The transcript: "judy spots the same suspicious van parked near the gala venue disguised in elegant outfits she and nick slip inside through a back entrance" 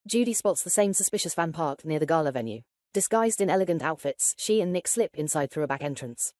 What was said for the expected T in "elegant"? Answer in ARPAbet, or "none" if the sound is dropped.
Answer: T